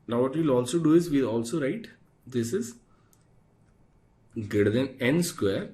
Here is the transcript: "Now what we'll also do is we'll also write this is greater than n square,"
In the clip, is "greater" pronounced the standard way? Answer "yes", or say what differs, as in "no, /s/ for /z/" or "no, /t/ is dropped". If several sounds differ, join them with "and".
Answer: no, /ɹ/ is dropped